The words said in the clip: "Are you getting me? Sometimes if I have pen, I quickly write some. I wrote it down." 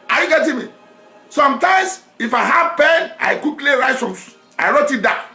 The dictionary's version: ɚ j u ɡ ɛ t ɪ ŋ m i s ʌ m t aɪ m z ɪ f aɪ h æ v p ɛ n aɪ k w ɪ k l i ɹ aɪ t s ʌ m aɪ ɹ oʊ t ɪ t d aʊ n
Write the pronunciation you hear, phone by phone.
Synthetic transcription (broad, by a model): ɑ j u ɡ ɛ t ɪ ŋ m i s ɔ m t aɪ m s ɪ f aɪ h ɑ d p ɛ n aɪ k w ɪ k l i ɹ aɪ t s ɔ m aɪ ɹ oʊ t ɪ t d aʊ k